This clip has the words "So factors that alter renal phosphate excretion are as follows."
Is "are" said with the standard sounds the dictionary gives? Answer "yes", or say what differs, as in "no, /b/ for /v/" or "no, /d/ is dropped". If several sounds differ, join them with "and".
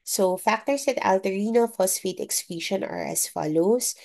yes